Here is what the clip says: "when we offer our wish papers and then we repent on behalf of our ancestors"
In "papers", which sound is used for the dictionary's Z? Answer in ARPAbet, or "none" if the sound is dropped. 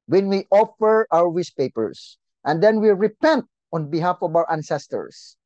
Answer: S